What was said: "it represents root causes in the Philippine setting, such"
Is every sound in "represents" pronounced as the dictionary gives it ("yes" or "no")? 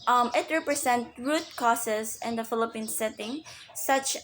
no